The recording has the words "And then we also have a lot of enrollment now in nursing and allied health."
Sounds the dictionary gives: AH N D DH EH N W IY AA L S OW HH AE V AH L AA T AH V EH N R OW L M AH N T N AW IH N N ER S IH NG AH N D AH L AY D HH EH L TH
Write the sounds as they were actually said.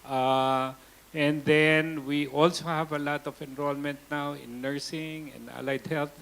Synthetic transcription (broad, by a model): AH N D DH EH N W IY AA L S OW HH AE V AH L AA T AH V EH N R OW L M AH N T N AW IH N N ER S IH NG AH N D AH L AY D HH EH L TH